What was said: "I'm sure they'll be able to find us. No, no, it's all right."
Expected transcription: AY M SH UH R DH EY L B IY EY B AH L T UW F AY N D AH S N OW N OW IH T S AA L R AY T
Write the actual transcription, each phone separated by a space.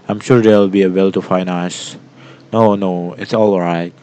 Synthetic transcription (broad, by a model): AY M SH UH R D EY L B IY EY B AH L T UW F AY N AH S N OW N OW IH T S AA L R AY T